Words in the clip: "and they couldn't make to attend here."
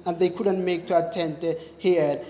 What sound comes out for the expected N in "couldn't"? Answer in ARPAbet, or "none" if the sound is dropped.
N